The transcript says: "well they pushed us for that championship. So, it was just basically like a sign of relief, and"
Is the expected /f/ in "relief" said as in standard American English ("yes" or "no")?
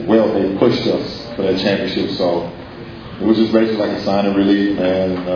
no